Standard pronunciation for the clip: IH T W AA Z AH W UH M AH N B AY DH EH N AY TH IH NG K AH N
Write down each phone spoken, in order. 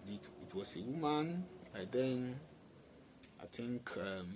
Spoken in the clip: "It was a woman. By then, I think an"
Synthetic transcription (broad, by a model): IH T W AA S AH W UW M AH N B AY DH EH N AY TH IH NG K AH